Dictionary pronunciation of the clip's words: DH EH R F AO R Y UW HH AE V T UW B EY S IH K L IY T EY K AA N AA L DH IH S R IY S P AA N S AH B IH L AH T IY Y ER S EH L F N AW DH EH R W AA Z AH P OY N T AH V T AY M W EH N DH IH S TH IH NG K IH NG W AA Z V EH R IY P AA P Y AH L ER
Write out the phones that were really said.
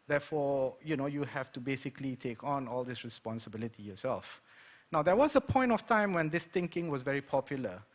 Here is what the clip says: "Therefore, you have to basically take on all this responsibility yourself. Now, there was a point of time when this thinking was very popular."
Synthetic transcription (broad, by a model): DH EH F AO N Y UW HH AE F T UW B EY S IH K L IY T EY K AA N AA L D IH S R IY S P AA N S AH B IH L AH T IY Y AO S EH L F N AW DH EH W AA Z AH P OY N T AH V T AY M W EH N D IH S T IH NG K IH NG W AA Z V EH R IY P AA P Y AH L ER